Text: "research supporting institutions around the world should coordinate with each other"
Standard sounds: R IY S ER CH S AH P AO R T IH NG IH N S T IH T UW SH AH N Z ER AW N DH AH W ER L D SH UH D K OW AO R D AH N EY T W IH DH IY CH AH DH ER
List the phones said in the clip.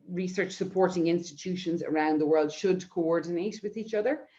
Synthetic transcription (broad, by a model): R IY S ER CH S AH P AO R T IH NG IH N S T IH T UW SH AH N Z ER AW N DH AH W ER L D SH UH D K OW AO R D N EY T W IH DH IY CH AH DH ER